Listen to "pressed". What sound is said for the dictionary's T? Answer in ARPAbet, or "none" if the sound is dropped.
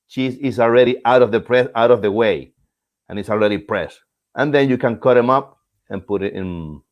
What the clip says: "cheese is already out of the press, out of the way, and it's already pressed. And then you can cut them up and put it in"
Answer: T